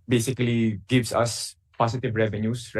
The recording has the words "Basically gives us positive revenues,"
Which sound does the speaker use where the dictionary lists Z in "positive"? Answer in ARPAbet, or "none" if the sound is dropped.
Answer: S